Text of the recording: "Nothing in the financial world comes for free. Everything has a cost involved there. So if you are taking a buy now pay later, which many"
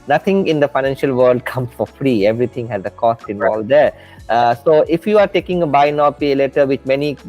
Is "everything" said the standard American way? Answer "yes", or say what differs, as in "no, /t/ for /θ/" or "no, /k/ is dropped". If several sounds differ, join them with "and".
no, /t/ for /θ/